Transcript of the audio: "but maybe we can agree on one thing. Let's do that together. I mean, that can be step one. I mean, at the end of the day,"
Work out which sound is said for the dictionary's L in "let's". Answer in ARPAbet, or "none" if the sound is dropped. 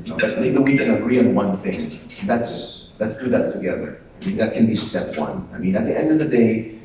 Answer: N